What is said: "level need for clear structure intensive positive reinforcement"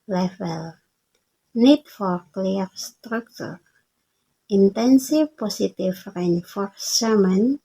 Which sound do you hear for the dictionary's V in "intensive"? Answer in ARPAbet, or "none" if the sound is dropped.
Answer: F